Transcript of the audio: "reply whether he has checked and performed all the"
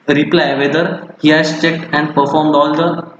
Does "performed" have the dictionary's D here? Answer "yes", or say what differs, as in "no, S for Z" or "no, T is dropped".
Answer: yes